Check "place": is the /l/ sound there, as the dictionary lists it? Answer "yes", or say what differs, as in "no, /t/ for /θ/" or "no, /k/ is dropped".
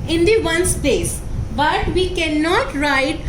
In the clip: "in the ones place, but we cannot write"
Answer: no, /l/ is dropped